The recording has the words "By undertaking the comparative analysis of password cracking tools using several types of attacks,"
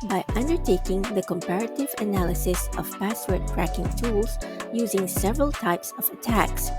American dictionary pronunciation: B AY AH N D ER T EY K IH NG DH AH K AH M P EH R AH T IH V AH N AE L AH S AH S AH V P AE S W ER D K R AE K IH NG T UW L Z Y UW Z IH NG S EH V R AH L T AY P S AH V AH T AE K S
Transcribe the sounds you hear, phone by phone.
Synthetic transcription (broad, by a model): B AY AH N D ER T EY K IH NG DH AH K AH M P EH R AH T IH V AH N AE L AH S AH S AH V P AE S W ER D K R AE K IH NG T UW L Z Y UW Z IH NG S EH V R AH L T AY P S AH V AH T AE K S